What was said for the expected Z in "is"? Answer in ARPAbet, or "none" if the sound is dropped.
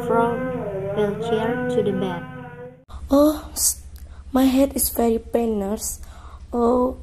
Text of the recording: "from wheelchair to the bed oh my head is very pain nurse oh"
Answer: S